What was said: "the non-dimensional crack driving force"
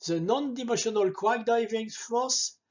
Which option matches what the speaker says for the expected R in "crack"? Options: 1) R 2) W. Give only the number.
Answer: 2